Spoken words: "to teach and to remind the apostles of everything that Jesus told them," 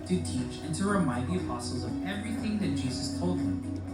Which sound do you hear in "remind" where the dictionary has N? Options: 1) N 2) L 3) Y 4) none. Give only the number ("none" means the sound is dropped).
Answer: 4